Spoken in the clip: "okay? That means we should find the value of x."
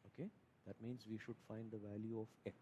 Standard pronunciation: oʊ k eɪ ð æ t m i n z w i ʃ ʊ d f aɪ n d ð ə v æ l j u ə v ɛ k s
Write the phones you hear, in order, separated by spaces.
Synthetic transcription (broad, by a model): oʊ k eɪ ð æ t m i n z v i ʃ ʊ d f aɪ n d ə v æ l j u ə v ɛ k